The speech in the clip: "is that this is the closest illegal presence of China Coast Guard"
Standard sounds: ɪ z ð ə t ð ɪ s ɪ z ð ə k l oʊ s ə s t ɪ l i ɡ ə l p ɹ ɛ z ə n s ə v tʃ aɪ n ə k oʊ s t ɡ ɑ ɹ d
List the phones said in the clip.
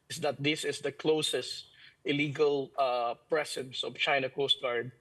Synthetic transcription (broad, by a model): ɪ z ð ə t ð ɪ s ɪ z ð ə k l oʊ s ə s t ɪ l i ɡ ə l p ɹ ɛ s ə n s ə v tʃ aɪ n ə k oʊ s t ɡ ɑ ɹ d